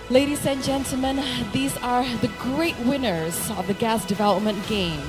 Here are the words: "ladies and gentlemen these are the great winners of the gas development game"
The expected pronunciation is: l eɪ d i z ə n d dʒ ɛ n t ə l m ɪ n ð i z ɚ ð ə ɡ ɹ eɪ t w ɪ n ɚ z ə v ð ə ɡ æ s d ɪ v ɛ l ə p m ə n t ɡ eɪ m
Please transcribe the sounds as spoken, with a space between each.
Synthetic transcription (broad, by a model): l eɪ d i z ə n dʒ ɛ n t l m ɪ n ð i z ɚ ð ə ɡ ɹ eɪ t w ɪ n ɚ z ə v ð ə ɡ æ s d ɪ v ɛ l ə p m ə n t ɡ eɪ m